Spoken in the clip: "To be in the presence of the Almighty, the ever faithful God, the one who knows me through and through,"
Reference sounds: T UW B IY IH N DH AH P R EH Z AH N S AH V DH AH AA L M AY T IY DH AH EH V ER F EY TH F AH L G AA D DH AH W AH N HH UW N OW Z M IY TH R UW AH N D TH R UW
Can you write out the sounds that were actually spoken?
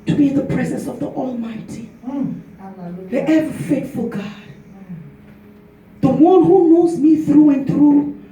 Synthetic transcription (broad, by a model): T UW B IY IH N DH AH P R EH Z AH N S AH V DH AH AA L M AY T IY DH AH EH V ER F EY T F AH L G AA D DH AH W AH N HH UW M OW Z M IY TH R UW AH N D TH R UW